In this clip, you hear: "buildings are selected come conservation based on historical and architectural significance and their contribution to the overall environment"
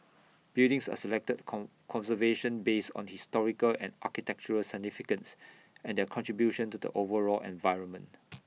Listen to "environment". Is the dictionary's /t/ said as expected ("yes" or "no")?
yes